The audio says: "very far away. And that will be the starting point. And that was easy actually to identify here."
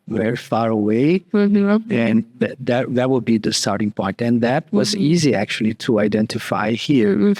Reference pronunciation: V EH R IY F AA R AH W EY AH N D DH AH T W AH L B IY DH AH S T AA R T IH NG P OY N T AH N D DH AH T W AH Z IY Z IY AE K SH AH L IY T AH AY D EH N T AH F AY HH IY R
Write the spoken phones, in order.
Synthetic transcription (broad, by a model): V EH R IY F AA R AH W EY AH N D DH AH T W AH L B IY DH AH S T AA R T IH NG P OY N T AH N DH AH T W AH Z IY Z IY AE K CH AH L IY T AH AY D EH N T AH F AY HH IY R